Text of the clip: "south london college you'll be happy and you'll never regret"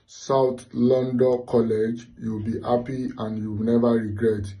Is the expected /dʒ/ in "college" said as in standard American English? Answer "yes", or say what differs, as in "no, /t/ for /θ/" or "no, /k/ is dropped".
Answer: yes